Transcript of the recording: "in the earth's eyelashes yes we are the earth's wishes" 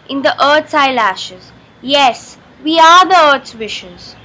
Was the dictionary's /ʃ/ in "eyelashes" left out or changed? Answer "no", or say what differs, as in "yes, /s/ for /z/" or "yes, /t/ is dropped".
no